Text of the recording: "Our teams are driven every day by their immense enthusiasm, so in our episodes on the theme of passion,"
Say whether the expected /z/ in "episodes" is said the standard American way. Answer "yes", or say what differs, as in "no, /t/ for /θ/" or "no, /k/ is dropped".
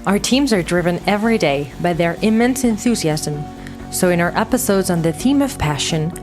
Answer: yes